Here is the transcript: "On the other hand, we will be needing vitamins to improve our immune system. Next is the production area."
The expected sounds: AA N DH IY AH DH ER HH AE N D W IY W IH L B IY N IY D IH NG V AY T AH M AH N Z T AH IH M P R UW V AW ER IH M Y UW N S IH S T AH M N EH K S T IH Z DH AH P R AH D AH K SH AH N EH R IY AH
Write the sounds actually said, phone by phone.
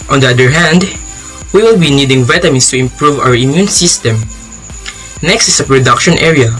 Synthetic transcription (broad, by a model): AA N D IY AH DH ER HH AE N D W IY W IH L B IY N IY D IH NG V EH T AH M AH N S T AH IH M P R UW V AW ER IH M Y UW N S IH S T AH M N EH K S T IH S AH P R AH D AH K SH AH N EH R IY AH